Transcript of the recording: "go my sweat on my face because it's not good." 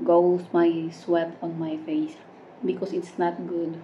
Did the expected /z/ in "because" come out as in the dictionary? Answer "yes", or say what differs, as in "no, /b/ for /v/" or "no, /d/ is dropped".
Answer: no, /s/ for /z/